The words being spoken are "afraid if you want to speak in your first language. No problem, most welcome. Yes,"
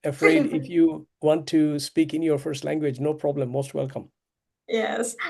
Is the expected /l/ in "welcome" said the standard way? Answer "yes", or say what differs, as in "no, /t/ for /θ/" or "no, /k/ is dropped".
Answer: yes